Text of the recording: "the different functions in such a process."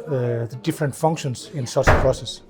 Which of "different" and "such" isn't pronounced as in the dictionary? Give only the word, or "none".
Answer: such